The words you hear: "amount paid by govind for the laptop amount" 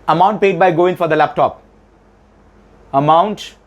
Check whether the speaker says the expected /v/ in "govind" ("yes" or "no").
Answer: no